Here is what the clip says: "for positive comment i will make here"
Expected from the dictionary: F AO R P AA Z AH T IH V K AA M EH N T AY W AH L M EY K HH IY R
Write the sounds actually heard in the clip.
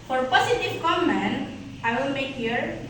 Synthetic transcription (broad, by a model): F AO R P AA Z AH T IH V K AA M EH N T AY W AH N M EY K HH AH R